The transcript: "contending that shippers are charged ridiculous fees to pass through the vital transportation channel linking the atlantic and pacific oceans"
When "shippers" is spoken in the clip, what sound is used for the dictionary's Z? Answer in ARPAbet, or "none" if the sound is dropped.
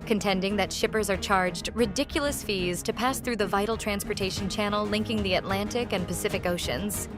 Z